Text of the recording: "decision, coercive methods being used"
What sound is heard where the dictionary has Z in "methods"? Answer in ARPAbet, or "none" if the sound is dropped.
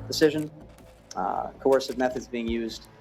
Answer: Z